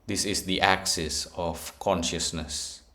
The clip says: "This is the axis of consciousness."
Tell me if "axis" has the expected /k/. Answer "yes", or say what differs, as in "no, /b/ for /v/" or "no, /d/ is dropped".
yes